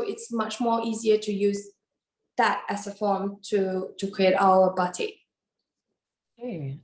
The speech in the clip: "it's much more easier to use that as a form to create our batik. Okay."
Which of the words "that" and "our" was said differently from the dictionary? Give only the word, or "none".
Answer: our